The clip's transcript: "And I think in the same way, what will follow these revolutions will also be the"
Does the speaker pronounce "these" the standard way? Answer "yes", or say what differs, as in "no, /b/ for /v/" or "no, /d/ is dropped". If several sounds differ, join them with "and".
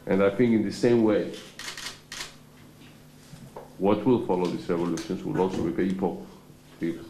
no, /s/ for /z/